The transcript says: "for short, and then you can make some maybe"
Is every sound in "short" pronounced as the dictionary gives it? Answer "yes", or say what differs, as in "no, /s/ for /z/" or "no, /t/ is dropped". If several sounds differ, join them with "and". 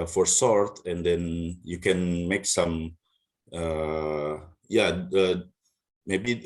no, /s/ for /ʃ/